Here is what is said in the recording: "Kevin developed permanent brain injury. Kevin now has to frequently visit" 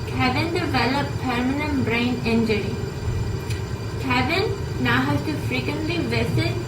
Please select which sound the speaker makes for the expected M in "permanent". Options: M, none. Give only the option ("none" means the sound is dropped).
M